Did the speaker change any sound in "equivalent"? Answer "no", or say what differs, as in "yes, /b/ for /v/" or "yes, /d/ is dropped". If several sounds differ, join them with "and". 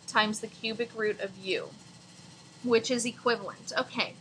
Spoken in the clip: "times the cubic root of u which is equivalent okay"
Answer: no